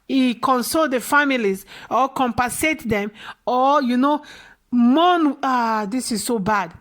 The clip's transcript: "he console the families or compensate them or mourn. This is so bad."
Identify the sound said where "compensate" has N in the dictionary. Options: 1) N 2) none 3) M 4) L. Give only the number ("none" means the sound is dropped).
2